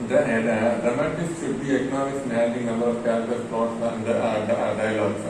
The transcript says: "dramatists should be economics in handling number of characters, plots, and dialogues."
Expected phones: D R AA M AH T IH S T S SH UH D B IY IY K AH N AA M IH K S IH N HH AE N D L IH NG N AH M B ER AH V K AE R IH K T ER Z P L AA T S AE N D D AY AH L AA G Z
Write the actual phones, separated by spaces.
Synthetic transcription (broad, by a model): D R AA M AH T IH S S SH UH D B IY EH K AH N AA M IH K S IH N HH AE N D IH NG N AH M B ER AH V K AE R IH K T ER S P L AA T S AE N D D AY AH L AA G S